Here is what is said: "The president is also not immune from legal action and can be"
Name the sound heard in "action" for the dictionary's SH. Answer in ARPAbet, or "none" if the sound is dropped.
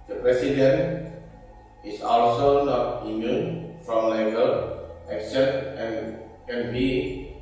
S